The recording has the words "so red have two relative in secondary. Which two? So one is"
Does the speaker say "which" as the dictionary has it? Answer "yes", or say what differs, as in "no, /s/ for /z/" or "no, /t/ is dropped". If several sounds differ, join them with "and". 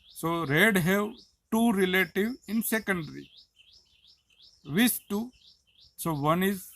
no, /s/ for /tʃ/